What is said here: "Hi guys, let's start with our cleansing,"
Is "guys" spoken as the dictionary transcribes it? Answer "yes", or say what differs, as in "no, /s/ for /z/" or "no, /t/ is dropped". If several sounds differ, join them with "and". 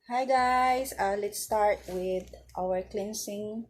no, /s/ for /z/